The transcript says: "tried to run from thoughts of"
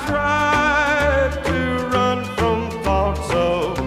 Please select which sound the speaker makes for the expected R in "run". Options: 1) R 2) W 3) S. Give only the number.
1